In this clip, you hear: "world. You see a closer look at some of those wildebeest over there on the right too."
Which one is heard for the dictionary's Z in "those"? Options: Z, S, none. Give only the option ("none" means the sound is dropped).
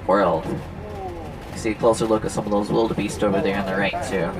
Z